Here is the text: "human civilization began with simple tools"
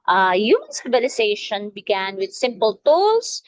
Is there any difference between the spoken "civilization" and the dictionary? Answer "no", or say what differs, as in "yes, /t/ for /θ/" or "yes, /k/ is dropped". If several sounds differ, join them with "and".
yes, /b/ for /v/